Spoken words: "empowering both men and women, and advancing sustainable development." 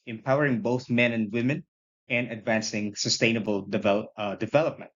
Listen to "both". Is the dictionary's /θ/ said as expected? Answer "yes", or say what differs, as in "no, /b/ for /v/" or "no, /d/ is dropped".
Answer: yes